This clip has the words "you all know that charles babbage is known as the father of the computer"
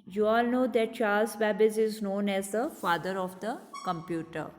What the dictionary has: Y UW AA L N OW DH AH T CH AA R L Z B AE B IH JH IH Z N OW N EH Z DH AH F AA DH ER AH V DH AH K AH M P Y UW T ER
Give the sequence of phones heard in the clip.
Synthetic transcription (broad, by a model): Y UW AA L N OW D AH T CH AA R L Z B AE B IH Z IH Z N OW N EH Z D AH F AA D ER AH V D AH K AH M P Y UW T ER